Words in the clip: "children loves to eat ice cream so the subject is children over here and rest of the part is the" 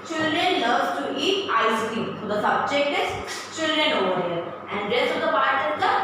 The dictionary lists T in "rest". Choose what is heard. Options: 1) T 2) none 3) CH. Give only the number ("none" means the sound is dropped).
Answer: 2